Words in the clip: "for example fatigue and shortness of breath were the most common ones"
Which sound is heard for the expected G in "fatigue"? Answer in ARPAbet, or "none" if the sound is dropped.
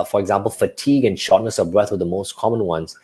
G